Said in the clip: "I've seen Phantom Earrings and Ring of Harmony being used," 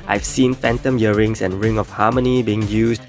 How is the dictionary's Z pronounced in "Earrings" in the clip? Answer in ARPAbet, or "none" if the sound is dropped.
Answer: S